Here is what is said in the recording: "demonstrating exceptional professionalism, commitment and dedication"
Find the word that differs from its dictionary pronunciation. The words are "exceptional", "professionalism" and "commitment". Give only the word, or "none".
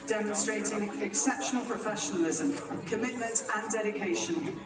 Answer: none